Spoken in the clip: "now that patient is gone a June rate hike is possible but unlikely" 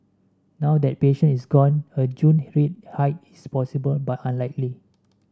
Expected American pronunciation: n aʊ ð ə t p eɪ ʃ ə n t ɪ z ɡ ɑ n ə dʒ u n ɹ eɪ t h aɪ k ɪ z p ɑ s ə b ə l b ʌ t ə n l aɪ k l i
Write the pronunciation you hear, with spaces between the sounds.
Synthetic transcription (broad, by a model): n aʊ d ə t p eɪ ʃ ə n ɪ s ɡ ɑ n ə dʒ u n ɹ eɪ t h aɪ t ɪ s p ɑ s ə b ə l b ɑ t ə n l aɪ k l i